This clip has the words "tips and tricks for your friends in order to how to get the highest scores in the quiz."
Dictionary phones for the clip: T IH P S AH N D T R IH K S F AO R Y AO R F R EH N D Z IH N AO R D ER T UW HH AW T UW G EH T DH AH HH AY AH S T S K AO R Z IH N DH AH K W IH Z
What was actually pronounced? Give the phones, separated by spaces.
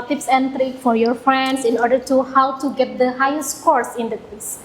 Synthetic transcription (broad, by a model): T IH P S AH N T R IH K F AO R Y AO R F R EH N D S IH N AO R D ER T UW HH AW T UW G EH T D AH HH AY AH S T K AO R S IH N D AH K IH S